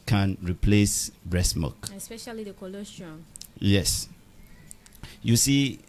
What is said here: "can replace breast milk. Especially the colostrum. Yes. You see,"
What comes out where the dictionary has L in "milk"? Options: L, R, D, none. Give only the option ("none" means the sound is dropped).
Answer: none